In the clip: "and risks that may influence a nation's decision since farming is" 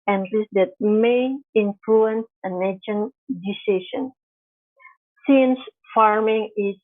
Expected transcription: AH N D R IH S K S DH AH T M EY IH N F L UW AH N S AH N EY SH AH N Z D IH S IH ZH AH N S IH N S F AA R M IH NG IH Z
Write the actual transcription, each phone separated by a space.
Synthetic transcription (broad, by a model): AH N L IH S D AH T M EY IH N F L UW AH N S AH N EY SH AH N D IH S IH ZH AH N S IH N S F AA R M IH NG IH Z